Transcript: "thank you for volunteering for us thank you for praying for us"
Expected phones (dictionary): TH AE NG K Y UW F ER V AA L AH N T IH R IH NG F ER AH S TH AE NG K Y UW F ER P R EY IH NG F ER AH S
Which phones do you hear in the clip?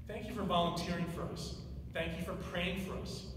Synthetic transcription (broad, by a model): TH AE NG K Y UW F ER V AA L AH N T IH R IH NG F ER AH S TH AE NG K Y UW F ER P R EY IH NG F ER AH S